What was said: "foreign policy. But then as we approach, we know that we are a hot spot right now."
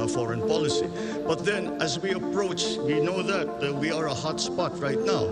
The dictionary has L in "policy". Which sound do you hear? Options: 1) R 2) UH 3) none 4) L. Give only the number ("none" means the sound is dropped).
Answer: 4